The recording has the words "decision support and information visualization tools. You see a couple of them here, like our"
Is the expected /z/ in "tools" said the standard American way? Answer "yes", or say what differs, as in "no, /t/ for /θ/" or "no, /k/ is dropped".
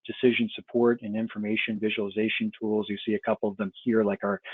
yes